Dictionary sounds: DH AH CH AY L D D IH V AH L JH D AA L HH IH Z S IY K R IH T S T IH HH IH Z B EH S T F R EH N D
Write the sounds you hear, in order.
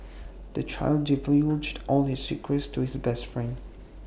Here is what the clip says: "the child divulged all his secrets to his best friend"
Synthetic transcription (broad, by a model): DH AH CH AY L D D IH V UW JH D AA L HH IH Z S IY K R IH T S T IH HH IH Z B EH S T F R EH N D